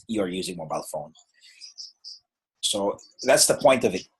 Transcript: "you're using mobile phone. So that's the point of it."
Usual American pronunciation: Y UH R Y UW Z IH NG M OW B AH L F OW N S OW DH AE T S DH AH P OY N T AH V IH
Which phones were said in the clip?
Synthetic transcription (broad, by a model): Y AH R Y UW Z IH NG M OW B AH L F OW N S OW DH AE T S DH AH P OY N T AH V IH